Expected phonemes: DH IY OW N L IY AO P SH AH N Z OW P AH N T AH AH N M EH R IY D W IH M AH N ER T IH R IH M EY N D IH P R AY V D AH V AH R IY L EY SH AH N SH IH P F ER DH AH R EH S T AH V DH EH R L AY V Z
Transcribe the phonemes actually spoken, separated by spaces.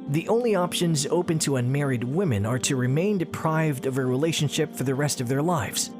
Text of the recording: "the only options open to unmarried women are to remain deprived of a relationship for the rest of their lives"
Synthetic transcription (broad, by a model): DH IY OW N L IY AO P SH AH N Z OW P AH N T AH AH N M EH R IY D W IH M AH N ER T IH R IH M EY N D IH P R AY V D AH V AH R IY L EY SH AH N SH IH P F ER DH AH R EH S T AH V DH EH R L AY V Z